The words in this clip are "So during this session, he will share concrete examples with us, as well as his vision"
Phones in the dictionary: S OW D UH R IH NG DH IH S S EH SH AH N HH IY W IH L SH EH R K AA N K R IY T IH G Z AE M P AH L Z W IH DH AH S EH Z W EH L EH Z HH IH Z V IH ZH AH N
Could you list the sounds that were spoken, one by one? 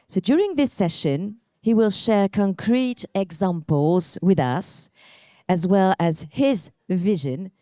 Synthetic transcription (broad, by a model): S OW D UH R IH NG DH IH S S EH SH AH N HH IY W IH L SH EH R K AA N K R IY T IH G Z AE M P AH L Z W IH DH AH S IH Z W EH L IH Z HH IH Z V IH ZH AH N